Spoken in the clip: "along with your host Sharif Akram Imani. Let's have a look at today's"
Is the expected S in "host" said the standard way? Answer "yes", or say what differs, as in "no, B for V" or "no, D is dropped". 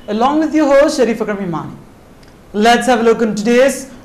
no, SH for S